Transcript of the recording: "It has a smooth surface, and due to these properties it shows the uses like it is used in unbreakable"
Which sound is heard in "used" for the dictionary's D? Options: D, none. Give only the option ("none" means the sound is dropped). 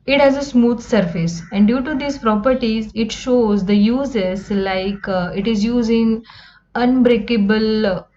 none